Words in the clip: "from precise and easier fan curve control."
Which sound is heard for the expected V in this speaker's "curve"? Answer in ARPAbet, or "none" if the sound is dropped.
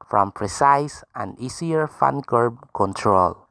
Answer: B